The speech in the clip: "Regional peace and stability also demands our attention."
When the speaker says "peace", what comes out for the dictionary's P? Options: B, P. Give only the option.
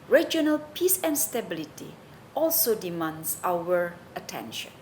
P